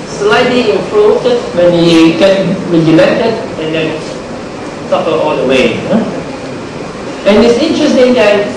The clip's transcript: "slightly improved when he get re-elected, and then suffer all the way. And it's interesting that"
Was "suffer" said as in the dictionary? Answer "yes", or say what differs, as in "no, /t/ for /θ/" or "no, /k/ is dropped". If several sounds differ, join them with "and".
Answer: no, /p/ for /f/